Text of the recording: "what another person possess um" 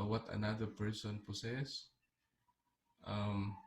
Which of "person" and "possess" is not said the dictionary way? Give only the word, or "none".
possess